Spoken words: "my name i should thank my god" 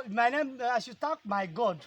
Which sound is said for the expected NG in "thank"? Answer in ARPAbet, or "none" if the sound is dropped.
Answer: none